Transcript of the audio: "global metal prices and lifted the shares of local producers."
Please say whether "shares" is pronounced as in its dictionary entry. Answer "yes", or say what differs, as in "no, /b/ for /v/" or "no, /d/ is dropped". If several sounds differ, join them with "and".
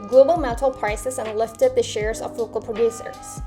yes